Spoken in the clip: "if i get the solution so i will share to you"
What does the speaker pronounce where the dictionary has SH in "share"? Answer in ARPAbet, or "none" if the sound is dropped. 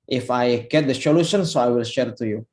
SH